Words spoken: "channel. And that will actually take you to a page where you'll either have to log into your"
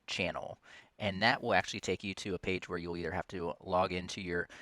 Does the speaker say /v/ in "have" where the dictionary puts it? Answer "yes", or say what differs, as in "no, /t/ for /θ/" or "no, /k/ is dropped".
no, /f/ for /v/